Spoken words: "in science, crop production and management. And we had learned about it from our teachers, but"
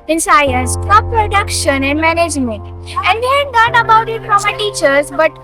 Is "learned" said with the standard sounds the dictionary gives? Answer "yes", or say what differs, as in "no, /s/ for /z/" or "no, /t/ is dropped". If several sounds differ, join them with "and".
no, /d/ is dropped